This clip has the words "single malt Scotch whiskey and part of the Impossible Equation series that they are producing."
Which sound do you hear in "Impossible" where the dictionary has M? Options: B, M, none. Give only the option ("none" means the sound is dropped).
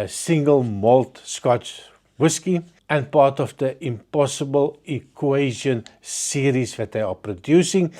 M